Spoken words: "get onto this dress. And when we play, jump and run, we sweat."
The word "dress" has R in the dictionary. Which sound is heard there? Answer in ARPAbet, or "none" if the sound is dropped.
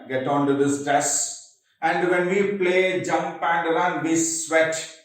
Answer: none